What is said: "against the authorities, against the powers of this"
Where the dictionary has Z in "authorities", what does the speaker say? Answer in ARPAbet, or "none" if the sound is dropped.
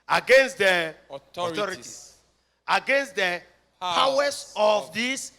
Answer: none